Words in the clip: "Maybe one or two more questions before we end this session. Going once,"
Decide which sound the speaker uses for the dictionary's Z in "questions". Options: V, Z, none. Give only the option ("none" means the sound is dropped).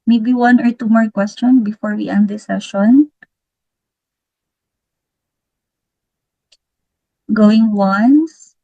none